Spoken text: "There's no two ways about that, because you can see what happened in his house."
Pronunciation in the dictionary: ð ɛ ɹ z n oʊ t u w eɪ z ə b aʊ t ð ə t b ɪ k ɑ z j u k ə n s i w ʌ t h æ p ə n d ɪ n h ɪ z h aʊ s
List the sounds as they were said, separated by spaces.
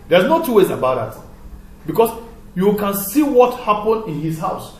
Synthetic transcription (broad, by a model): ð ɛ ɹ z n oʊ t u w eɪ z ə b aʊ t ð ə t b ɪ k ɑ s j u k ə n s i w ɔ t h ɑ p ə n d ɪ n h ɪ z h aʊ s